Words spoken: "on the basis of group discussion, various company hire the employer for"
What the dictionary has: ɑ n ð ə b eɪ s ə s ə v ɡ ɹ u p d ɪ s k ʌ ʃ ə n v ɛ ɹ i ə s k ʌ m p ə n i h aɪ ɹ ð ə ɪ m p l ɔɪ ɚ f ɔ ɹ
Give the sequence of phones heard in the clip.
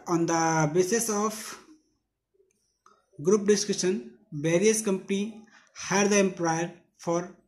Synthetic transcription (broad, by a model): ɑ n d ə b eɪ s ə s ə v ɡ ɹ u p d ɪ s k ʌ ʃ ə n b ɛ ɹ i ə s k ʌ m p ə n i h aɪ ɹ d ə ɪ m p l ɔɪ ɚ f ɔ ɹ